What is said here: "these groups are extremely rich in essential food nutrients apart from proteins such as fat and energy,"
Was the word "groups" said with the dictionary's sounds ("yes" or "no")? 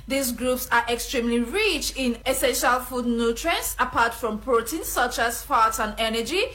yes